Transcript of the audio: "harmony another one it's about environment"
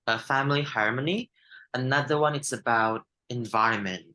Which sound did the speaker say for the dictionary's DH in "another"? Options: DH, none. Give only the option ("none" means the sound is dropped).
DH